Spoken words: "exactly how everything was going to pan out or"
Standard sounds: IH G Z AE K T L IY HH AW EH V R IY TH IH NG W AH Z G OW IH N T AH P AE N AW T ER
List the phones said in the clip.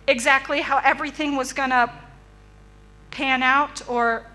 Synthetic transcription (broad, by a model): IH G Z AE K T L IY HH AW EH V R IY TH IH NG W AH Z G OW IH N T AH P AE N AW T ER